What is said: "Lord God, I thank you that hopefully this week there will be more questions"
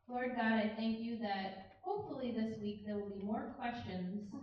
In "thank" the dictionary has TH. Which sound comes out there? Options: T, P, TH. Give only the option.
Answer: TH